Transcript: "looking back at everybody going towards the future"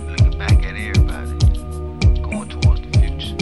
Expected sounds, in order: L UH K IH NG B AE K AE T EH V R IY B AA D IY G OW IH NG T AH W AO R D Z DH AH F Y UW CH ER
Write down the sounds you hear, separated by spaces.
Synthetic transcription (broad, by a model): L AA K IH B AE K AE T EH R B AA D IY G OW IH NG T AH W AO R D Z DH AH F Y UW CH